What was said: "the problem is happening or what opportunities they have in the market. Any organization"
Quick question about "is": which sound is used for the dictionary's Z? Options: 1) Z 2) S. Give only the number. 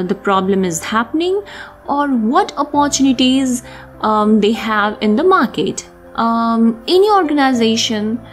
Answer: 1